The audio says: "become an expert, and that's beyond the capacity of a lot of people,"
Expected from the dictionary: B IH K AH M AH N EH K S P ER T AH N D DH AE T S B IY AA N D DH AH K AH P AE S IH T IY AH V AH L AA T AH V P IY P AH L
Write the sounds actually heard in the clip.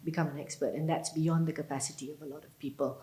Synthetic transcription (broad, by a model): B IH K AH M AH N EH K S P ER T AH N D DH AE T S B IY AA N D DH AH K AH P AE S IH T IY AH V AH L AA T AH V P IY P AH L